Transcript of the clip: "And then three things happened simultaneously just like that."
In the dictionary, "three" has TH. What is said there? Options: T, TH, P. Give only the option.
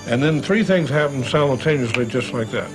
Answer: TH